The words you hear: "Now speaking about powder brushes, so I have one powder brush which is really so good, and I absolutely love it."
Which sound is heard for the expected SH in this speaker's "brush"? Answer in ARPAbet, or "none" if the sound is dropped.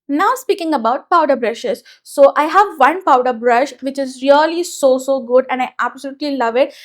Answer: SH